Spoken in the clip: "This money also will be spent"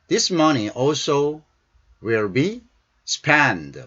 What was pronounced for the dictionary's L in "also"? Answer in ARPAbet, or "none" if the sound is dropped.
L